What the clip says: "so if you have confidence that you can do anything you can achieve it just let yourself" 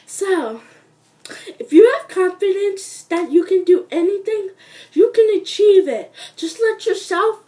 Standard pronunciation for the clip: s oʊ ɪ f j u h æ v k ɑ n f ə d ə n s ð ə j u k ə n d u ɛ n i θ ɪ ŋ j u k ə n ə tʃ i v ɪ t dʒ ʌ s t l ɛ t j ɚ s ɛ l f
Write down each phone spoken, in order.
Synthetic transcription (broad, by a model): s oʊ ɪ f j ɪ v k ɑ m f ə d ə n s ð ə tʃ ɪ k ə n d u ɛ n i θ ɪ ŋ j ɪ k ə n ə tʃ i v ɪ t dʒ ʌ s t l ɛ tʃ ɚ s ɛ l f